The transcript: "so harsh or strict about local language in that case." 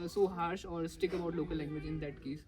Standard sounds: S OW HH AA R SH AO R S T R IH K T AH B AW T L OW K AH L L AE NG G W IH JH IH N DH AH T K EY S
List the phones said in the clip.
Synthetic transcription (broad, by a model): S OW HH AA R SH AO R S T IH K AH B AW T L OW K AH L L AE NG G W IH JH IH N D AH T K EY S